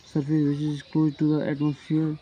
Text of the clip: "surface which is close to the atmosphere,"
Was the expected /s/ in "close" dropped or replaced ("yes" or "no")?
yes